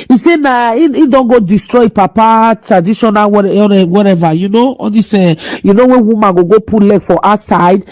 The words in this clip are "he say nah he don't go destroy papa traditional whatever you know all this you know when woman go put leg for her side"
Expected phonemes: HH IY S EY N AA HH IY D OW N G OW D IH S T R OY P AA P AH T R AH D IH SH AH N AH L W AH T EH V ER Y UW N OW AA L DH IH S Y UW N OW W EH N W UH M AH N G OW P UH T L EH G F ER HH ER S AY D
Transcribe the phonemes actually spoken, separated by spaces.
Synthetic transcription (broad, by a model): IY S EY N AA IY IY D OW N G OW D IH S T R OY P AA P AH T R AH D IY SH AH N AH W W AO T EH V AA Y UW N OW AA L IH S Y UW N OW W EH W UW M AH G G OW P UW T L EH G F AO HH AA S AY D